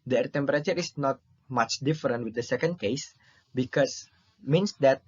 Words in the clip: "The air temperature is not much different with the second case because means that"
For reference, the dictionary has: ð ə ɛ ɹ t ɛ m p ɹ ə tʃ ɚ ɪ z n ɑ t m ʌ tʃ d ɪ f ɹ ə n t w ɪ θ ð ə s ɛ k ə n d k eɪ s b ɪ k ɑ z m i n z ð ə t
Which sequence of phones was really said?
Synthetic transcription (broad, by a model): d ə ɛ ɹ t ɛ m p ɹ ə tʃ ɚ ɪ s n ɑ t m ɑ tʃ d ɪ f ɹ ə n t w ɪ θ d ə s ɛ k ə n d k eɪ s b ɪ k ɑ s m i n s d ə t